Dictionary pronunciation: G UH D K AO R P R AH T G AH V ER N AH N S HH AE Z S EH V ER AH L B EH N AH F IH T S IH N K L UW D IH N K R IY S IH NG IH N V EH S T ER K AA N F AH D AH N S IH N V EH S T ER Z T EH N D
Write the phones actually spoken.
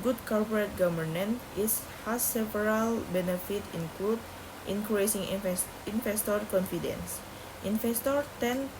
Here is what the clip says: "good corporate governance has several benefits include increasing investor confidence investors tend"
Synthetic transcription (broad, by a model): G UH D K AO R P R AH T G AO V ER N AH N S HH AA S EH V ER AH L B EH N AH F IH T IH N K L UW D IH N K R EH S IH NG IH N F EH S T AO K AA N F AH D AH N S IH N F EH S T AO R T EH N